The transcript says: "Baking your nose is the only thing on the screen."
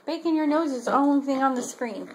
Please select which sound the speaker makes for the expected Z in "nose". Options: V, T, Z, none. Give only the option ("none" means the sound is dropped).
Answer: Z